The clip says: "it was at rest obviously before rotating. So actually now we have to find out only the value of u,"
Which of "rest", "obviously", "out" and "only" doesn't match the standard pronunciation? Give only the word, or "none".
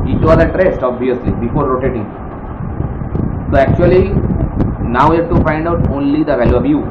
obviously